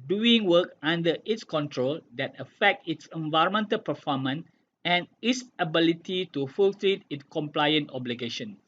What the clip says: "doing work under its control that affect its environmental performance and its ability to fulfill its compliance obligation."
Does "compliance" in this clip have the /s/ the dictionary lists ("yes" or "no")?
no